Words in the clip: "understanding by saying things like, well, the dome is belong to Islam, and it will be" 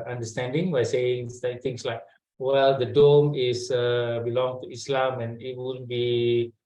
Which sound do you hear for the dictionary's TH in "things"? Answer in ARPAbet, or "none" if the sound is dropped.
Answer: S